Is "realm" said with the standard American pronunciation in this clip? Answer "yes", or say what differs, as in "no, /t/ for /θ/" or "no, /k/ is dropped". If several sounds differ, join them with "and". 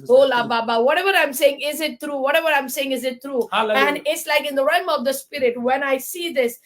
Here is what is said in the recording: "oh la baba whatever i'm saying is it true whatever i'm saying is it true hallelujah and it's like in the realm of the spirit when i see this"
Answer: no, /l/ is dropped